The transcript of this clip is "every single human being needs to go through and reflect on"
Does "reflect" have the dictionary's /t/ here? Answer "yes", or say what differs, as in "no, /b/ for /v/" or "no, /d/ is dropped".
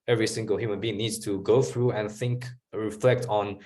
yes